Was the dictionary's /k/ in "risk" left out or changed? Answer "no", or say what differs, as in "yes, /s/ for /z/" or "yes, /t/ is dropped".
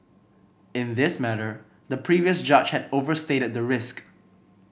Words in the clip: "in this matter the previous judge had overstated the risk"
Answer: no